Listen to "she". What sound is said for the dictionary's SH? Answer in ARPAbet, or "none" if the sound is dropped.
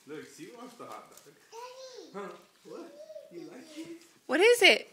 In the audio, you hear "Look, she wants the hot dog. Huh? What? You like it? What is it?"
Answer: S